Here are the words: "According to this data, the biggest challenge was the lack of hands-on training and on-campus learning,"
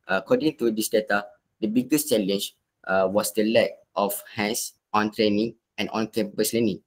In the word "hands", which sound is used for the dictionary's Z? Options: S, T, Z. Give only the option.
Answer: S